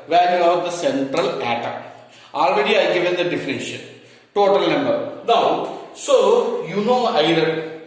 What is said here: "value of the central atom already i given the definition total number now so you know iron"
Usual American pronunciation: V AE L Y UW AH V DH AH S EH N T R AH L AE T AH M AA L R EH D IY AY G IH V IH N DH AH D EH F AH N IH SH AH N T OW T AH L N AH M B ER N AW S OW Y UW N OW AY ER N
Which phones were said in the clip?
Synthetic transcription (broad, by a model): V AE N Y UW AH V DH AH S EH N T R AH L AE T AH AA L R EH D IY AY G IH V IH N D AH D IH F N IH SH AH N T OW T AH L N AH M B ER N AW S OW Y UW N OW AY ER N